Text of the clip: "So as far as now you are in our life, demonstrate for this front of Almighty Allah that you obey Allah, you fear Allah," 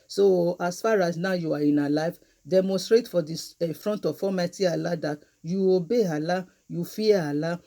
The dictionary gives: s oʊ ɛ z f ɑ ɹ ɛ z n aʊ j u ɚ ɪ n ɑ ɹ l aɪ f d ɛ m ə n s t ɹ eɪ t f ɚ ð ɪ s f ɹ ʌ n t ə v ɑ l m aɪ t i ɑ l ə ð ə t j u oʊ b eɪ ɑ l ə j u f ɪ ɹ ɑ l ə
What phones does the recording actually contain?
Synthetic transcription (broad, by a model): s oʊ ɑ s f ɑ ɹ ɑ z n aʊ j u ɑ ɪ n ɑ l aɪ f d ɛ m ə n s t ɹ eɪ t f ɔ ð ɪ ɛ f ɹ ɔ n t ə f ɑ m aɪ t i ɑ l ə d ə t j u oʊ b eɪ ɑ l ə j u f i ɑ ɑ l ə